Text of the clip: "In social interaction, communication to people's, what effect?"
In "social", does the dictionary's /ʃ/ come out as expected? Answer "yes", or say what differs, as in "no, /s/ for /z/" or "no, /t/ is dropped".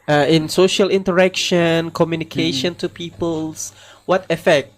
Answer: yes